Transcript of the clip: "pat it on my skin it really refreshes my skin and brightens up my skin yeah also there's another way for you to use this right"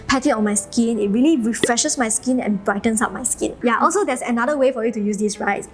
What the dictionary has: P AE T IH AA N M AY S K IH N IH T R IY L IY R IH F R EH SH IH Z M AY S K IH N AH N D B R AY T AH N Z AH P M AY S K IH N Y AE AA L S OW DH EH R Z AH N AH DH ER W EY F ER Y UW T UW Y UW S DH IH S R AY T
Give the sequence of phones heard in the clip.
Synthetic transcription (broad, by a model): P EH T IH AA N M AY S K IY N IH T R IY L IY R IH F R EH SH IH S M AY S K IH N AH N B R AY T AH N S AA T M AY S K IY N Y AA AA L S OW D EH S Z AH N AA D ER W EY F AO Y UW T UW Y UW S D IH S R AY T